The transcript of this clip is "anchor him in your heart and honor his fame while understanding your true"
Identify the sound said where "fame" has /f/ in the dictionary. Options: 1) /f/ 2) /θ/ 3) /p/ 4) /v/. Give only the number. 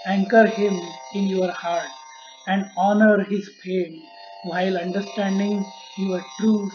3